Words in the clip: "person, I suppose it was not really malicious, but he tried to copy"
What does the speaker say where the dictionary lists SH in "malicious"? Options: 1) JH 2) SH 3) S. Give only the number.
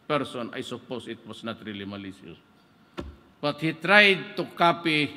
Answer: 3